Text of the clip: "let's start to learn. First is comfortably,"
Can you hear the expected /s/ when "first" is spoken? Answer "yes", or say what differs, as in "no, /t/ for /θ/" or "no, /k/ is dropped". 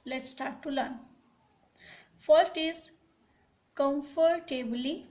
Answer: yes